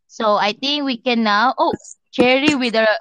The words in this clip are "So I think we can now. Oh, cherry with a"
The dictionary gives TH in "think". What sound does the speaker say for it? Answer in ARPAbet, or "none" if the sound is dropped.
T